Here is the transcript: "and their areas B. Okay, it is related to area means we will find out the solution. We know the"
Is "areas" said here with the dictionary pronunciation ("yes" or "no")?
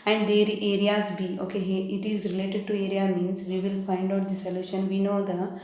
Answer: yes